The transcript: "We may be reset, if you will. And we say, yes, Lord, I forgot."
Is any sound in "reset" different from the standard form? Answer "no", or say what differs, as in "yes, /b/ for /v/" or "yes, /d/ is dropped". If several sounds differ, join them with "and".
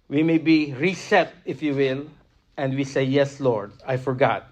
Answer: no